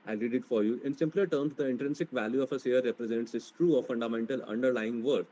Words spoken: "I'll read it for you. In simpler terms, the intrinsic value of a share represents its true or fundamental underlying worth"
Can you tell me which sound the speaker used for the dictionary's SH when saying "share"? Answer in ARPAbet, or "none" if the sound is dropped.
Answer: S